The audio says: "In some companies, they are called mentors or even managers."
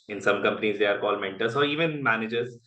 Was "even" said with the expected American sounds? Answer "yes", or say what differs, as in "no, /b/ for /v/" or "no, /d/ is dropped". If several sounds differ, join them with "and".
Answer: yes